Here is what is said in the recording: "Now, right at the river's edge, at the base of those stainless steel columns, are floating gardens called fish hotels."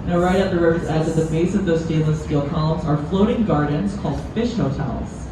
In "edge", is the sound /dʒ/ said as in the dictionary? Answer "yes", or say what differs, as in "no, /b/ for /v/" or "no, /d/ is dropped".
no, /z/ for /dʒ/